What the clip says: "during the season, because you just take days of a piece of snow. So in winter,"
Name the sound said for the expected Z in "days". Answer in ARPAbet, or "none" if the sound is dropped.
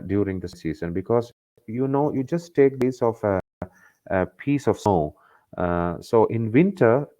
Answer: S